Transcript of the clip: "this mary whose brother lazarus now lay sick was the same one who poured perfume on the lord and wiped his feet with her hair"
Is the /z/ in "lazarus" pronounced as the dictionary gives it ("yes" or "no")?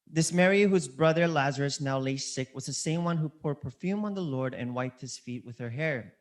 yes